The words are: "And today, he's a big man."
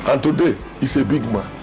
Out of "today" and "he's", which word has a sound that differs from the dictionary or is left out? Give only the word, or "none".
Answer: he's